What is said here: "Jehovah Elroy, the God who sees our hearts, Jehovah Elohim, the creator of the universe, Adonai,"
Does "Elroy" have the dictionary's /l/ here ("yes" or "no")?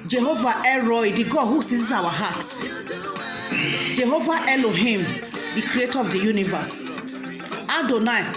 no